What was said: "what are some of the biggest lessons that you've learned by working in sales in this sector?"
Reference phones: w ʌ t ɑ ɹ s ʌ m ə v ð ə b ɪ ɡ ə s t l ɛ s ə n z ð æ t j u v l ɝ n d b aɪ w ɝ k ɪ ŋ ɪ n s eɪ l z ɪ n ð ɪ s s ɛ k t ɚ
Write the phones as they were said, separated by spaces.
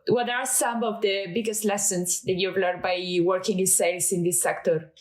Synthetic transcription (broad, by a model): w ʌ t ɑ ɹ s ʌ m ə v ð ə b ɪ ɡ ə s t l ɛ s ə n s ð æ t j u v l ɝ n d b aɪ w ɝ k ɪ ŋ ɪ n s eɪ l s ɪ n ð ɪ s s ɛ k t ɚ